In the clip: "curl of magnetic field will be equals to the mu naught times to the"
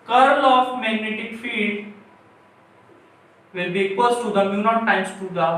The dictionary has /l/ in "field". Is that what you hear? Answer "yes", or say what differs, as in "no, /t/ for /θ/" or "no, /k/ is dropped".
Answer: no, /l/ is dropped